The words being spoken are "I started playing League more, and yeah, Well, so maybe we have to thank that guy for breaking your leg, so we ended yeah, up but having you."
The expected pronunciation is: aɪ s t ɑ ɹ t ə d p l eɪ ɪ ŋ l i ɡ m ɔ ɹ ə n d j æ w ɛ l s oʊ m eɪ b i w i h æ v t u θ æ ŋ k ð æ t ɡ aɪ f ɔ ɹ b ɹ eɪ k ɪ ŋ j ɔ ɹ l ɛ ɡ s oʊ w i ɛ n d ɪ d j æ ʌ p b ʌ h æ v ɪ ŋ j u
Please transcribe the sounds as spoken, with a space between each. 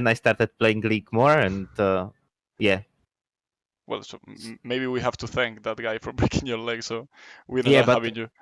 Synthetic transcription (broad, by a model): aɪ s t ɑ ɹ t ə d p l eɪ ɪ ŋ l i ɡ m ɔ ɹ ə n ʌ j æ w ɛ l s oʊ m eɪ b i w i h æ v t u θ æ ŋ k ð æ t ɡ aɪ f ɔ ɹ b ɹ eɪ k ɪ ŋ j ɔ ɹ l ɛ ɡ s oʊ w i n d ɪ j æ b ʌ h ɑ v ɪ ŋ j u